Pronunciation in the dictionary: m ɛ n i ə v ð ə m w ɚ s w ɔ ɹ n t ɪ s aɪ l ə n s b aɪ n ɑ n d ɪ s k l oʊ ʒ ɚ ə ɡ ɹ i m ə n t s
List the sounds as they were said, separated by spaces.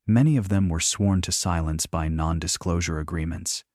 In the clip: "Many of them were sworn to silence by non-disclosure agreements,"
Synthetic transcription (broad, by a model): m ɛ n i ə v ð ə m w ɚ s w ɔ ɹ n t ɪ s aɪ l ə n s b aɪ n ɑ n d ɪ s k l oʊ ʒ ɚ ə ɡ ɹ i m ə n t s